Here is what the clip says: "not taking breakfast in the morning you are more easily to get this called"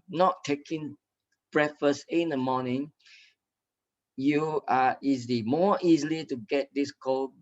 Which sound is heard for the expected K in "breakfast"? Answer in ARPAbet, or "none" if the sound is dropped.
none